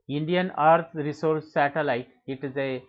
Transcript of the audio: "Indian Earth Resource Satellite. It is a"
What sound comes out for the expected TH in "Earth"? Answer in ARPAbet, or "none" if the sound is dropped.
T